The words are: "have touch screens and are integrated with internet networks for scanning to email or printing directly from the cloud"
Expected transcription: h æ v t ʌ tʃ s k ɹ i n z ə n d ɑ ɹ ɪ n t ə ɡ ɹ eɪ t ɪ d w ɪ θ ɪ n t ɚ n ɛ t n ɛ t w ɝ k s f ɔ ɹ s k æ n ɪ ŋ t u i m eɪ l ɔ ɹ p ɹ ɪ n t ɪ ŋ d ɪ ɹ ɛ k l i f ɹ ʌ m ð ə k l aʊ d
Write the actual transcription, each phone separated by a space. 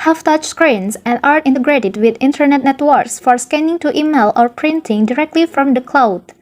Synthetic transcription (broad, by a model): h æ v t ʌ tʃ s k ɹ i n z ə n d ɑ ɹ ɪ n t ə ɡ ɹ eɪ t ɪ d w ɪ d ɪ n t ɚ n ɛ t n ɛ t w ɝ k s f ɔ ɹ s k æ n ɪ ŋ t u i m eɪ l ɔ ɹ p ɹ ɪ n t ɪ ŋ d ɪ ɹ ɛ k l i f ɹ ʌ m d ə k l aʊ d